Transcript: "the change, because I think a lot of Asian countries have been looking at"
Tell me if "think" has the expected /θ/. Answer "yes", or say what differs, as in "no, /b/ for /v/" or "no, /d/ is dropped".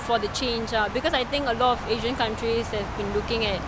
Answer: no, /t/ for /θ/